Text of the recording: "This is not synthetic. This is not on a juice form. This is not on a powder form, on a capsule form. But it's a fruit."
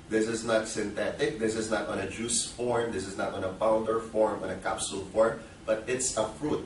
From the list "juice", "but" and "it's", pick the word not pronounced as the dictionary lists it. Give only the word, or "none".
none